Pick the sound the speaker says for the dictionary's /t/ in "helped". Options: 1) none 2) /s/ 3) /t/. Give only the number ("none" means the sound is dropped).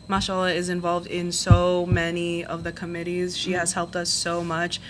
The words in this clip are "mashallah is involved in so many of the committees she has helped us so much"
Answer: 3